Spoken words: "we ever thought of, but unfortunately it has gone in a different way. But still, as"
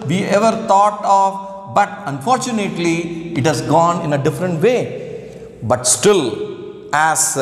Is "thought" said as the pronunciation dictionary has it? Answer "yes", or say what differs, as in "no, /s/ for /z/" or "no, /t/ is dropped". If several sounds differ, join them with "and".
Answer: no, /t/ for /θ/